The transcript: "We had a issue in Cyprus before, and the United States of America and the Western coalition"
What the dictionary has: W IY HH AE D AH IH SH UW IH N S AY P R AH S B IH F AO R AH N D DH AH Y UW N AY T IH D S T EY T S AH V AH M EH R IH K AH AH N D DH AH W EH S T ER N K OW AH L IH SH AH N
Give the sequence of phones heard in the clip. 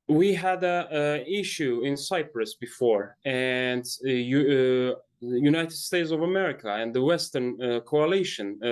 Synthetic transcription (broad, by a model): W IY HH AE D AH IH SH UW IH N S AY P R AH S B IH F AO R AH N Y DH Y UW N AY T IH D S T EY T S AH V AH M EH R IH K AH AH N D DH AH W EH S T ER N K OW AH L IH SH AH N